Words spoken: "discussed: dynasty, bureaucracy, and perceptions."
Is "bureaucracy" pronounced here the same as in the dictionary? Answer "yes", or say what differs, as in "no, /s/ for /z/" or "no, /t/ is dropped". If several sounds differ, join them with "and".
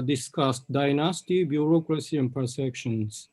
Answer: yes